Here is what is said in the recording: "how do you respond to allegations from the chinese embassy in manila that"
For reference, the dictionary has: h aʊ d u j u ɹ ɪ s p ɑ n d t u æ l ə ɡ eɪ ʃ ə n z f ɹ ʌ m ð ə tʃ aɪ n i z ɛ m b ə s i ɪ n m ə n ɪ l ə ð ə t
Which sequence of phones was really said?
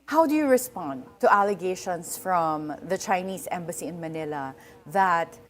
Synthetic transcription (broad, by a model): h aʊ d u j u ɹ ɪ s p ɑ n d t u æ l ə ɡ eɪ ʃ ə n s f ɹ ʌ m ð ə tʃ aɪ n i s ɛ m b ə s i ɪ n m ə n ɪ l ə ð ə t